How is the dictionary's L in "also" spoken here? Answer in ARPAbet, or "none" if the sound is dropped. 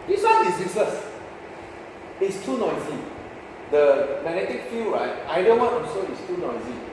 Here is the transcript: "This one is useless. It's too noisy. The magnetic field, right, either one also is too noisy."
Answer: none